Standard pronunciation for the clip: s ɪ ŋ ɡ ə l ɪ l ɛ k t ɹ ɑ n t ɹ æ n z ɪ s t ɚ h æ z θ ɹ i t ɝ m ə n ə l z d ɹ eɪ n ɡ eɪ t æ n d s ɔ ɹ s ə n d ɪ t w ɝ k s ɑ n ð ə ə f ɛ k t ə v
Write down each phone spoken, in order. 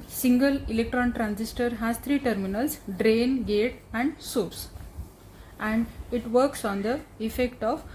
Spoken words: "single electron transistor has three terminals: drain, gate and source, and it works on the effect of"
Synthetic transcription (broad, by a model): s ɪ ŋ ɡ ə l ɪ l ɛ k t ɹ ɑ n t ɹ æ n s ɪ s t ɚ h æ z t ɹ i t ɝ m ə n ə l s d ɹ eɪ n ɡ eɪ t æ n d s ɔ ɹ s ə n d ɪ t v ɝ k s ɑ n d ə ə f ɛ k t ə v